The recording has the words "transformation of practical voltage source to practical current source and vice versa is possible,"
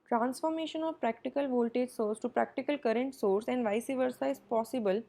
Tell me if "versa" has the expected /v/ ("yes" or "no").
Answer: yes